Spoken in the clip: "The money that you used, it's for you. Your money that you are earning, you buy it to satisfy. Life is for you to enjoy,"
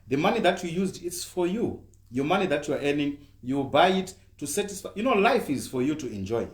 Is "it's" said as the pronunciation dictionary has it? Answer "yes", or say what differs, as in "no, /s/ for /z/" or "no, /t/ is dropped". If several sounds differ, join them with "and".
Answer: yes